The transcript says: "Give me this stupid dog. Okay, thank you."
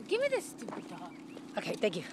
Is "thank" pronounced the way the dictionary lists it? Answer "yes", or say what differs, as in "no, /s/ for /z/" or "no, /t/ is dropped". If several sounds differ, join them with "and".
no, /t/ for /θ/